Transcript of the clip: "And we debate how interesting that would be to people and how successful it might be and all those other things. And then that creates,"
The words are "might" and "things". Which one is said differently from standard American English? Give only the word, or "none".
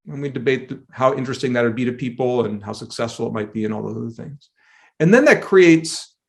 none